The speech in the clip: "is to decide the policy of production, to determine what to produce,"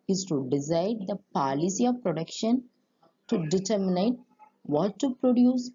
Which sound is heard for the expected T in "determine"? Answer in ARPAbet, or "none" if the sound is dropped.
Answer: T